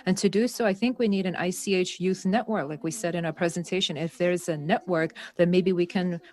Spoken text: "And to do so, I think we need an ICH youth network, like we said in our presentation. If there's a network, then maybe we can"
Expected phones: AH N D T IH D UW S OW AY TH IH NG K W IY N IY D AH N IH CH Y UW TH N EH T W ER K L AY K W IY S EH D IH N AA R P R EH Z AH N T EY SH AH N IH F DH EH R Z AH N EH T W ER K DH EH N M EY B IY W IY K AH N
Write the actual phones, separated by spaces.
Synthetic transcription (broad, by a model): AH N T IH D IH S OW AY TH IH NG K W IY N IY D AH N IH CH Y UW TH N EH T W ER K L AY K W IY S EH D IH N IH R P R EH Z AH N T EY SH AH N IH F DH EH R Z AH N EH T W ER K DH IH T M EY B IY W IY K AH N